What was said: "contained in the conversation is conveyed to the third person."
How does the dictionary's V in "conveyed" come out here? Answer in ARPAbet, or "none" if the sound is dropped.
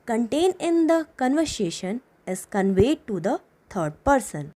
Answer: V